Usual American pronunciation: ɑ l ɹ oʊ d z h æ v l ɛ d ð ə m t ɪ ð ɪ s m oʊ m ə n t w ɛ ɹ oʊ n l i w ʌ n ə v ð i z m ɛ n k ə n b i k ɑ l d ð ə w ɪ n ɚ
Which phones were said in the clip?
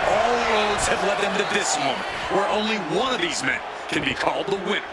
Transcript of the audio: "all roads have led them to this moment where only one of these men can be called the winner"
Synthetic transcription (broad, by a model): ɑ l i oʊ d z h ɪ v l ɛ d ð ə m t ɪ ð ɪ s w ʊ m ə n w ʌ ɹ oʊ n l i w ʌ n ə v ð i z m ɛ n k ə n b i k ɑ l d ð ə w ɪ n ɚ